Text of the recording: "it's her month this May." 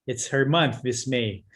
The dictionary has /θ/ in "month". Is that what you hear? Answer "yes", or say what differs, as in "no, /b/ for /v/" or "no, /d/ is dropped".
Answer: yes